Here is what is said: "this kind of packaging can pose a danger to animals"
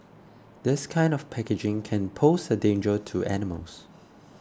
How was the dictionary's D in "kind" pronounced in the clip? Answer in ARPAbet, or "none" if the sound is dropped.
D